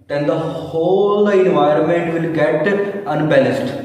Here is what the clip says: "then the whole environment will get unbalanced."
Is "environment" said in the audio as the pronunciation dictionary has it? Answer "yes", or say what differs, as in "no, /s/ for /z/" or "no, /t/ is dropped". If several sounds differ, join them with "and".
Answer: yes